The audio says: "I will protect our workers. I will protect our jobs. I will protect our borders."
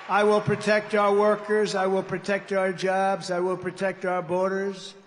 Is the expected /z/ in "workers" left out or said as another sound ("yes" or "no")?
no